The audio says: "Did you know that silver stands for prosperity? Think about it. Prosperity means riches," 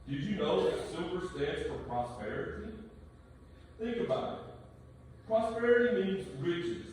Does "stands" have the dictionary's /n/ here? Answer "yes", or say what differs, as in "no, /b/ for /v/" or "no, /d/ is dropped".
no, /n/ is dropped